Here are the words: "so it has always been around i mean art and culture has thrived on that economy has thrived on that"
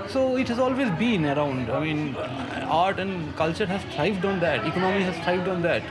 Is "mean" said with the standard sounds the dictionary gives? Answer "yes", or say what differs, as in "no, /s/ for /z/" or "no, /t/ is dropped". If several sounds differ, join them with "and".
yes